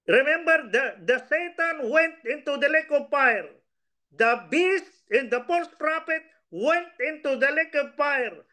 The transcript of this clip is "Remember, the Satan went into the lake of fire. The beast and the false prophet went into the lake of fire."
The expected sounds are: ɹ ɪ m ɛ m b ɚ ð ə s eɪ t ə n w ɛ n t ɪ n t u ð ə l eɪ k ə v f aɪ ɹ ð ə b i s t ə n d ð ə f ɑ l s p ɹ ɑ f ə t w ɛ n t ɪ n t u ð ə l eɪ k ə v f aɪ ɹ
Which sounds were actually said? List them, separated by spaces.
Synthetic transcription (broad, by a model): ɹ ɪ m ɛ m b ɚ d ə s eɪ t ə n w ɛ n t ɪ n t u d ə l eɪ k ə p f aɪ ɹ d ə b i s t ə n d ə p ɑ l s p ɹ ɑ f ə t w ɛ n t ɪ n t u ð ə l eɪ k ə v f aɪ ɹ